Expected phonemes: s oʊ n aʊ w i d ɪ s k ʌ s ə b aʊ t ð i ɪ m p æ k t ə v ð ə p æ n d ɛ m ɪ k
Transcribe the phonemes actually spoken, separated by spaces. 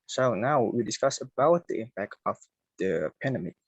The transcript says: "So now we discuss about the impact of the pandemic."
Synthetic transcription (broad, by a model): s oʊ n aʊ w i d ɪ s k ʌ s ə b aʊ t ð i ɪ m p æ k t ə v ð ə p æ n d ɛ m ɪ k